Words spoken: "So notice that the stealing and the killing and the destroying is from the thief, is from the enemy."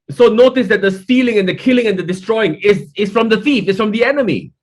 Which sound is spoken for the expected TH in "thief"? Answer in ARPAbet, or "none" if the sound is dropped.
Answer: F